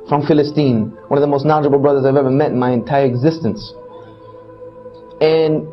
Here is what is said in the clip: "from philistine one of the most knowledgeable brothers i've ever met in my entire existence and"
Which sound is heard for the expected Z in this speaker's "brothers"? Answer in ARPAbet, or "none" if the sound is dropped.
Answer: Z